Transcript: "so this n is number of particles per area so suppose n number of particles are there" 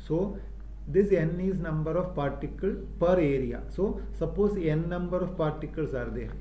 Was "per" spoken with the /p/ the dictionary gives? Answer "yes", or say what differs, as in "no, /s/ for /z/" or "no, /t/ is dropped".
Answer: yes